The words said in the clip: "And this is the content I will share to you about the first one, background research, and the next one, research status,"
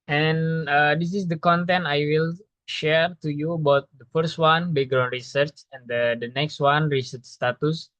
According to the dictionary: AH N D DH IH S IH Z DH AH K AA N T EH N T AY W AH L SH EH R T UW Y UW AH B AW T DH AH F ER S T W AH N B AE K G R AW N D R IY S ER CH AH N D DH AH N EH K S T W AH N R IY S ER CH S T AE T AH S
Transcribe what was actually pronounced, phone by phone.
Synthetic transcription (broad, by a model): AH N D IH S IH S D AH K AA N T EH N T AY W AH L SH EH R T UW Y UW AH B AW T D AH F ER S T W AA N B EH G R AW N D R IY S ER CH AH N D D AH N EH K S T W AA N R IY S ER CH S T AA T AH S